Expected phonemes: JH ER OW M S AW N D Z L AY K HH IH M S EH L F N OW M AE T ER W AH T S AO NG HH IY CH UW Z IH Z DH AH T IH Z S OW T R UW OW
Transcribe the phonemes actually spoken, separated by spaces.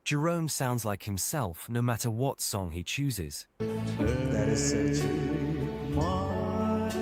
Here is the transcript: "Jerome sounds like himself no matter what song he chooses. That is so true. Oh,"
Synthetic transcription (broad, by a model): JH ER OW M S AW N D Z L AY K HH IH M S EH L F N OW M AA T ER W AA T S AO NG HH IY CH UW Z IH Z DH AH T IH Z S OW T UW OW